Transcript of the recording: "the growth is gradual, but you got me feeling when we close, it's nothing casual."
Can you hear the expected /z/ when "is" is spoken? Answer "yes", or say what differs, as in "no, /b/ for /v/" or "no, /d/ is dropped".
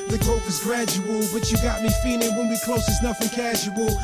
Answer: yes